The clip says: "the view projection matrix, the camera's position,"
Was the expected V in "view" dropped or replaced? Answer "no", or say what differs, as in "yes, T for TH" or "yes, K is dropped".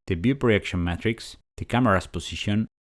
yes, B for V